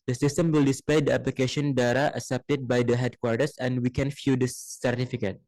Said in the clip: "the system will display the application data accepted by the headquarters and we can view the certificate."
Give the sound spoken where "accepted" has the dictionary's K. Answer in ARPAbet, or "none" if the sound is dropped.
none